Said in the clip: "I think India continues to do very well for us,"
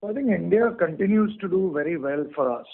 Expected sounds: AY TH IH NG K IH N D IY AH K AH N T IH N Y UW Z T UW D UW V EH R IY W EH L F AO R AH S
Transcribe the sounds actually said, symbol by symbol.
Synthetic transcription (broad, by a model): AY T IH NG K IH N D IY AH K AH N T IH N Y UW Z T UW D UW V EH R IY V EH L F AO R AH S